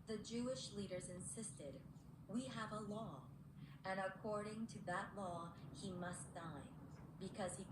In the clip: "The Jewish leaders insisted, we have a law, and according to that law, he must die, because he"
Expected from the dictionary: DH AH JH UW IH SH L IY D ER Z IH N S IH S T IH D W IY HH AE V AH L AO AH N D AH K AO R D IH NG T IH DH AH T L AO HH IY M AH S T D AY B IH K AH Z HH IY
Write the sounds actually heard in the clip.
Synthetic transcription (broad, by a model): DH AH JH UW IH SH L IY D ER Z IH N S IH S T IH D W IY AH V AH L AO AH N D AH K AO R D IH NG T IH DH AH T L AO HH IY M AH S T D AY B IH K AH Z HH IY